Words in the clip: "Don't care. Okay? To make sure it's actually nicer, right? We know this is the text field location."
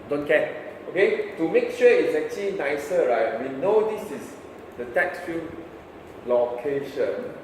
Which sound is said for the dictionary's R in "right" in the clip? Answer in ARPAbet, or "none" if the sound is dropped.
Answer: R